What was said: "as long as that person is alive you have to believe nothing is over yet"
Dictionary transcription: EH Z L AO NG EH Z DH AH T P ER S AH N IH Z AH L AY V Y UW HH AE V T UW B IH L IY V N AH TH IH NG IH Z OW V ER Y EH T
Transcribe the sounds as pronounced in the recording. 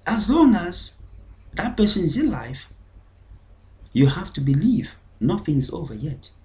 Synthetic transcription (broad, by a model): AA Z L AO NG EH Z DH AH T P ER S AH N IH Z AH L AY F Y UW HH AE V T UW B IH L IY V N AH TH IH NG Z OW V ER Y EH T